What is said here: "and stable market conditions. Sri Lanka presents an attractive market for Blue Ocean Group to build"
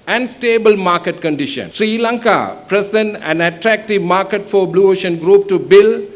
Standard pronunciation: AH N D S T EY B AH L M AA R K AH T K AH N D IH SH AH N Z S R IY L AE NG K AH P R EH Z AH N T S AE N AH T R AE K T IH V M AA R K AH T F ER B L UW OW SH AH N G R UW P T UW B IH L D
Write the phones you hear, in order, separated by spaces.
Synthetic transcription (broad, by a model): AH N D S T EY B AH L M AA R K AH T K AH N D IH SH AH N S R IY L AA NG K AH P R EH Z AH N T AE N AH T R AE K T IH V M AA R K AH T F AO B L UW OW SH AH N G R UW P T UW B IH L